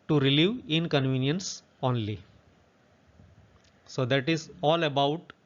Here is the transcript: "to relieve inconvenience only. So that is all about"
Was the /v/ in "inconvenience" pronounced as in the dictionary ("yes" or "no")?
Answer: yes